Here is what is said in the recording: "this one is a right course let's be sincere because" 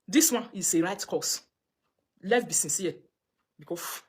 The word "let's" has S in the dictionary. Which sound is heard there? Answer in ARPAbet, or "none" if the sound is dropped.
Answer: none